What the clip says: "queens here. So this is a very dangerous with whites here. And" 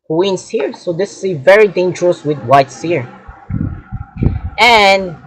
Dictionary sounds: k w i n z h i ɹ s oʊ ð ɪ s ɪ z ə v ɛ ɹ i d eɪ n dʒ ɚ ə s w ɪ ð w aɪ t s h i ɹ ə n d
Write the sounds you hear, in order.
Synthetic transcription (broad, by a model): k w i n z h i ɹ s oʊ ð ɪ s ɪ v ɛ ɹ i d eɪ n dʒ ɚ ə s w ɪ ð w aɪ t s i ɹ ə n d